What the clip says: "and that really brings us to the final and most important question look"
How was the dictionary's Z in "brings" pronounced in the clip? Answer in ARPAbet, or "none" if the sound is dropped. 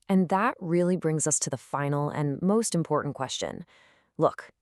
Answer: Z